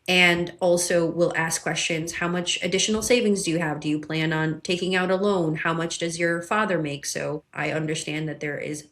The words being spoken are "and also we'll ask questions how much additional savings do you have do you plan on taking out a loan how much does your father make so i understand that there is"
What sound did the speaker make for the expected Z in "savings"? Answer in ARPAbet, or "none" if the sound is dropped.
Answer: Z